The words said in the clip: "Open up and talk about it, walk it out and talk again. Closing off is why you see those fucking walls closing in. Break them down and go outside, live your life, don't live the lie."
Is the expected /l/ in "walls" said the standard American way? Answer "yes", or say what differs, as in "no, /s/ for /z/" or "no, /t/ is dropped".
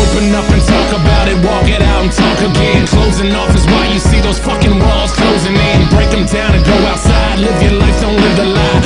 yes